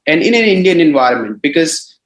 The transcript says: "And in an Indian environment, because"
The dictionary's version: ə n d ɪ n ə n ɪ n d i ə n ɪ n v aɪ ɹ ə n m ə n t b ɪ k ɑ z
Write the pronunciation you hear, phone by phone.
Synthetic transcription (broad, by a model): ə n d ɪ n ə n ɪ n d i ə n ɪ n v aɪ ɹ ə n m ə n t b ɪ k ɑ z